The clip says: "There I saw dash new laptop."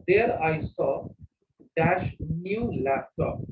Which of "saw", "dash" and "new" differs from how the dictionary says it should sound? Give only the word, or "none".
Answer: none